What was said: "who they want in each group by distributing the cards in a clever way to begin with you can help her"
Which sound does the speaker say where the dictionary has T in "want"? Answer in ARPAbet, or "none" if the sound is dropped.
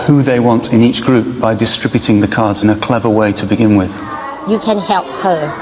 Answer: T